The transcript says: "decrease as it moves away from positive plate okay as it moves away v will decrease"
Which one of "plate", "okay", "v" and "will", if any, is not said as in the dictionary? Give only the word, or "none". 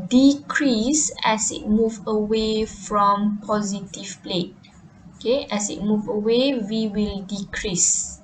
v